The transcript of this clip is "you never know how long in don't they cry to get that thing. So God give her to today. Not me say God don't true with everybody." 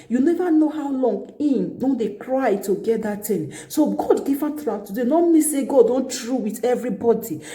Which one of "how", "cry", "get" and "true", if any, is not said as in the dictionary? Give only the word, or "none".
none